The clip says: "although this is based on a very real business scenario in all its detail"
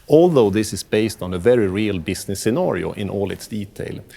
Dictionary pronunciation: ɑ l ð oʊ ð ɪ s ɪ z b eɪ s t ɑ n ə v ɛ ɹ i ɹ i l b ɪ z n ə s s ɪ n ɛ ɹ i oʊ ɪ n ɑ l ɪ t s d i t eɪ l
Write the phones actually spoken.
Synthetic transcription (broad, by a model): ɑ l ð oʊ ð ɪ s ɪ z b eɪ s t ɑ n ə v ɛ ɹ i ɹ i l b ɪ s n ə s s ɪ n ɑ ɹ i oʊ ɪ n ɑ l ɪ t s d i t eɪ l